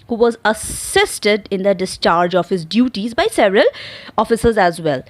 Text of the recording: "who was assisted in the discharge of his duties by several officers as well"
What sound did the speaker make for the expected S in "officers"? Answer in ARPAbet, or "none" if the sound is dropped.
S